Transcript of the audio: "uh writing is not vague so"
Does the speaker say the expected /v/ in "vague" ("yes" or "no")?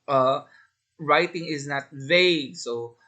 yes